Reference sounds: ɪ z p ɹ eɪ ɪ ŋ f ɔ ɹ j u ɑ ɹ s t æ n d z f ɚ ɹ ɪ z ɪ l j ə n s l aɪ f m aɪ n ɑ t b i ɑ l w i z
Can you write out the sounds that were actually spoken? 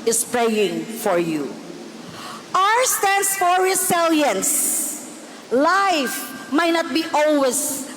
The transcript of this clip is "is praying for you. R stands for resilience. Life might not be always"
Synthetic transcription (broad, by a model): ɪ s p ɹ eɪ ɪ ŋ f ɔ ɹ j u ɑ ɹ s t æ n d s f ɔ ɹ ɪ s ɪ l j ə n s l aɪ f m aɪ n ɑ t b i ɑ l w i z